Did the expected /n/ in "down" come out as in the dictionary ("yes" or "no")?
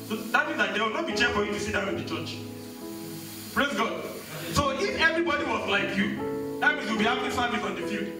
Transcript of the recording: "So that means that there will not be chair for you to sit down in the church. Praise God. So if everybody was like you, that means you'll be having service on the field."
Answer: no